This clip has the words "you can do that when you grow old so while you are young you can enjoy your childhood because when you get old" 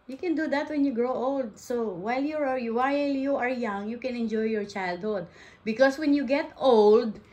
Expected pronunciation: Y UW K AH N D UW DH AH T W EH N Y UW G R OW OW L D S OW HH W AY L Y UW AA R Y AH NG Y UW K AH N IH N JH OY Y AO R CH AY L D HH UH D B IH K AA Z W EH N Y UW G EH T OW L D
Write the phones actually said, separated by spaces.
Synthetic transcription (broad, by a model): Y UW K AH N D UW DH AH T W EH N Y UW G R OW OW L D S OW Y W AY L Y UW AA R Y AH NG Y UW K AH N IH N JH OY Y AO R CH AY L D HH UH D B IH K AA S W EH N Y UW G EH T OW L D